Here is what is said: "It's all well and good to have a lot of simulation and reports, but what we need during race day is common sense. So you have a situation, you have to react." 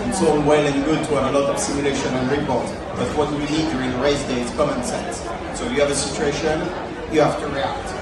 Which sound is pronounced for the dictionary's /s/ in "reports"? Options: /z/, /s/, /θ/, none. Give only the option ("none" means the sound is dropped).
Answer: none